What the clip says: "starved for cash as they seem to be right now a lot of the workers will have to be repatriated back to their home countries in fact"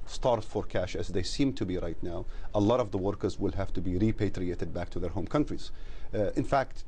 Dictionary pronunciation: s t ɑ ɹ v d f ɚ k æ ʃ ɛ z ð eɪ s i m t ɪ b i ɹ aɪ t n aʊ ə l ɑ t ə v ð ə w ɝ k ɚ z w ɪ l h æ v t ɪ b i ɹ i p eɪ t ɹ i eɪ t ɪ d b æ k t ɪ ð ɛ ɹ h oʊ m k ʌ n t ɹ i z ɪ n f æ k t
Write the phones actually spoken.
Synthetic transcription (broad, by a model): s t ɑ ɹ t f ɚ k æ ʃ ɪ z ð eɪ s i m t ɪ b i ɹ aɪ t n aʊ ə l ɑ t ə v ð ə w ɝ k ɚ z w ɪ l h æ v t ɪ b i ɹ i p eɪ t ɹ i eɪ t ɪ d b æ k t ɪ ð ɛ ɹ h oʊ m k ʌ n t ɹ i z ɪ n f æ k t